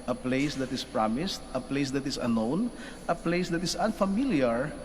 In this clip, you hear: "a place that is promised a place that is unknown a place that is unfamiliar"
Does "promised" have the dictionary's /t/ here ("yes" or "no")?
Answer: yes